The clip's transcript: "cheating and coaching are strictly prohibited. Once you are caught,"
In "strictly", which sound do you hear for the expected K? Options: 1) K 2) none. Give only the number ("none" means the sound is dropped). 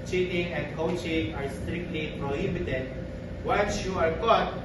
1